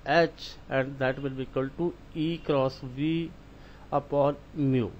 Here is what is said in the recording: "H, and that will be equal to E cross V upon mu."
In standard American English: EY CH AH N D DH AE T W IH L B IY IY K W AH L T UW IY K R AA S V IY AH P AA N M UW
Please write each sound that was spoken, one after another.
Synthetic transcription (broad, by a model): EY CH AH N D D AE T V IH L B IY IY K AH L T UW IY K R AA S V IY AH P AA N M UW